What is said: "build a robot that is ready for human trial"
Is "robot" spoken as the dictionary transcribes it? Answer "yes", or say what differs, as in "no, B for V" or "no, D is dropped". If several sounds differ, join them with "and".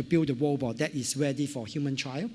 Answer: no, W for R